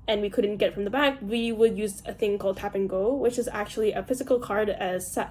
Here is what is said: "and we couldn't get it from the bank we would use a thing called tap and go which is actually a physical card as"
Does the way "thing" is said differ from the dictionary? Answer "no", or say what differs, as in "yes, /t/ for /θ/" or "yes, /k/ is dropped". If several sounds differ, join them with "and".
no